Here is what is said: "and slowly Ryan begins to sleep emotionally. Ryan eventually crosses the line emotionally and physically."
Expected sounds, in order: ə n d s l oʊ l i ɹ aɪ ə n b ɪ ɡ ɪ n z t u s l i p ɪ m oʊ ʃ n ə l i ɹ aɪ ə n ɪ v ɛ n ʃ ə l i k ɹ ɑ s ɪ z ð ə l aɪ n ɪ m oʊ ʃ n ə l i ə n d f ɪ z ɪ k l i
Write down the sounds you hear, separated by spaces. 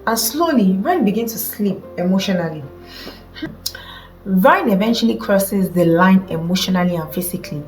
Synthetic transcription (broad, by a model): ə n s l oʊ l i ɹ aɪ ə n b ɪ ɡ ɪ n s t u s l i p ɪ m oʊ ʃ n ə l i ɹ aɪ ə n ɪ v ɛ n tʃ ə l i k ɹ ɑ s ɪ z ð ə l aɪ n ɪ m oʊ ʃ n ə l i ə n f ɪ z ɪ k l i